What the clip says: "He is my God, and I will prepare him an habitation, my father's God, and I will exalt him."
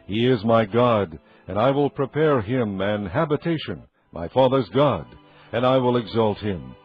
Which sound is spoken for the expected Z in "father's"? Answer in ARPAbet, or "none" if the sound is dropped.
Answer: Z